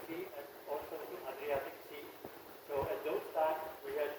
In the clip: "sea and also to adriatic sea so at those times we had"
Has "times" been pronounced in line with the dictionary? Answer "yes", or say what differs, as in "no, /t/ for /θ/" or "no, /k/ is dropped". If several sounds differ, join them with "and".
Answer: no, /z/ is dropped